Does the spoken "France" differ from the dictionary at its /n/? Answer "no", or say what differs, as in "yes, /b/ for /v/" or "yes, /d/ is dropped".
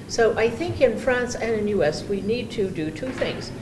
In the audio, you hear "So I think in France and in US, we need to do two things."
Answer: no